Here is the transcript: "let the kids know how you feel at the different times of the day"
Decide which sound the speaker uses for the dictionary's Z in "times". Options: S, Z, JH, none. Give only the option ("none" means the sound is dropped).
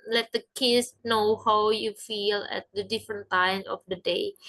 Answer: none